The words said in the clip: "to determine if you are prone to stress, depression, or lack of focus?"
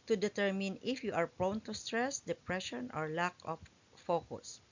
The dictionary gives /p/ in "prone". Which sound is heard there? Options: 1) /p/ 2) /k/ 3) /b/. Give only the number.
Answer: 1